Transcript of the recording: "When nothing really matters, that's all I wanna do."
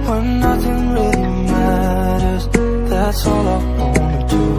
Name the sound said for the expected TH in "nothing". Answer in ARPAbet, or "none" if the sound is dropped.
TH